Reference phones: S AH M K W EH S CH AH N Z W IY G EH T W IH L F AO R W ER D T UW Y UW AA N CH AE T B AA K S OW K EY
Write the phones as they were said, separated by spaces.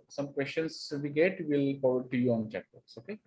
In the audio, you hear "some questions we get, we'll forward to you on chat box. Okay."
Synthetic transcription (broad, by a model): S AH M K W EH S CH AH N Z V IY G EH T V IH L P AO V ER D T UW Y UW AA N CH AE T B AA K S OW K EY